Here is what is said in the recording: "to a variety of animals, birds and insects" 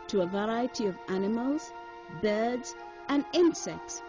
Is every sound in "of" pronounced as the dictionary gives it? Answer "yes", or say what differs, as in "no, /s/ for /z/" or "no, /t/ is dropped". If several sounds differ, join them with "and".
yes